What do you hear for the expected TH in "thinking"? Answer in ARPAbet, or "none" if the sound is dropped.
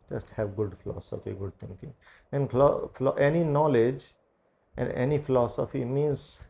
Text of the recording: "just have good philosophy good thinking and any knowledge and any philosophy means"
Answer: T